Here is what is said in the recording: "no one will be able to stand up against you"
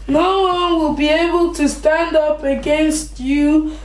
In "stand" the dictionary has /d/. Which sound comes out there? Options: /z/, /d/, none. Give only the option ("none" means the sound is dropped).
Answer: /d/